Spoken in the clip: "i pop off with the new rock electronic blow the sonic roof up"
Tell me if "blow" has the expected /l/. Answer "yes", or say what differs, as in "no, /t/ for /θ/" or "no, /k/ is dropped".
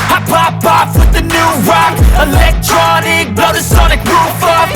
no, /l/ is dropped